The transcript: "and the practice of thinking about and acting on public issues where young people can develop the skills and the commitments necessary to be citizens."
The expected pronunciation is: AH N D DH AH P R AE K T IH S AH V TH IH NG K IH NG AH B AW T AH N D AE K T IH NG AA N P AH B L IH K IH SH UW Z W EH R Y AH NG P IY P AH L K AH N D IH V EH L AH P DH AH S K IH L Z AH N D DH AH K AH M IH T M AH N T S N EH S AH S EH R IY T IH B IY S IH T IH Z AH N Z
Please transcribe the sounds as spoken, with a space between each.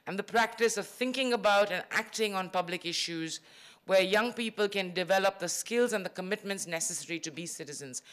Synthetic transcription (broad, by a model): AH N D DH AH P R AE K T IH S AH V TH IH NG K IH NG AH B AW T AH N AE K T IH NG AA N P AH B L IH K IH SH UW Z W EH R Y AH NG P IY P AH L K AH N D IH V EH L AH P DH AH S K IH L Z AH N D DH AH K AH M IH T M AH N T S N EH S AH S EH R IY T IH B IY S IH T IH Z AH N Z